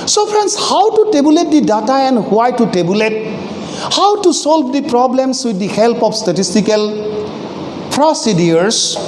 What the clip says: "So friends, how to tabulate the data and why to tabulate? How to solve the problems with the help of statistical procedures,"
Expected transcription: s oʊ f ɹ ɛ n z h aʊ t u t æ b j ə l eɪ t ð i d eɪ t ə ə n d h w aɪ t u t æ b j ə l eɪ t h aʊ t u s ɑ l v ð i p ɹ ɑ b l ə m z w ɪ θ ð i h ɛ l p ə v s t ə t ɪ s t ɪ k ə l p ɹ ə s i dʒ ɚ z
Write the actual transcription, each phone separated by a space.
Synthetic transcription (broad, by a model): s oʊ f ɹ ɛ n s h aʊ t u t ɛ b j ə l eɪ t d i d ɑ t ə ə n d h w aɪ t u t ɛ b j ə l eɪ t h aʊ t u s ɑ l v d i p ɹ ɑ b l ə m s w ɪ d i h ɛ l p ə f s t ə t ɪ s t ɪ k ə l p ɹ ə s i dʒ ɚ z